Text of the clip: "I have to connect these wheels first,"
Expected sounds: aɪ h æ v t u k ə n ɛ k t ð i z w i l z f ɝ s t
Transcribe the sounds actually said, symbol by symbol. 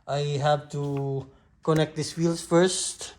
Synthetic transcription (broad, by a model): aɪ h æ v t u k ə n ɛ k t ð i s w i l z f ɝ s t